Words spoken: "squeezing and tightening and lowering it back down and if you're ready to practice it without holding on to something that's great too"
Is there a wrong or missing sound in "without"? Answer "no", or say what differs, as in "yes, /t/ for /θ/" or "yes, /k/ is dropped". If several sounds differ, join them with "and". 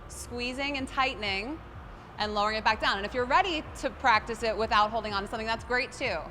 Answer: no